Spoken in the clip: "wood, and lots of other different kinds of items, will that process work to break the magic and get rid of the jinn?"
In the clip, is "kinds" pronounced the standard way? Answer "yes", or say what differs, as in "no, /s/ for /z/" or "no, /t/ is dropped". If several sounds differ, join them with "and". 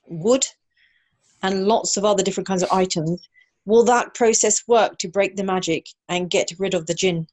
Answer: yes